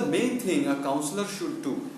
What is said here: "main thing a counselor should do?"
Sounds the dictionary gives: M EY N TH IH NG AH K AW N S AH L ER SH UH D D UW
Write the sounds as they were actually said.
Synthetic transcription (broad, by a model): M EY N T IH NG AH K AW N S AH L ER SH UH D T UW